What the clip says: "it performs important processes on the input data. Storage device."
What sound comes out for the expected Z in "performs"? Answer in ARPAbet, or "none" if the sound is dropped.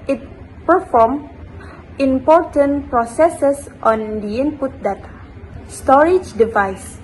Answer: none